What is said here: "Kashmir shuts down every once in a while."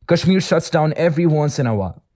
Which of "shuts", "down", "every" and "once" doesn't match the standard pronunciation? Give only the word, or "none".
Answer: none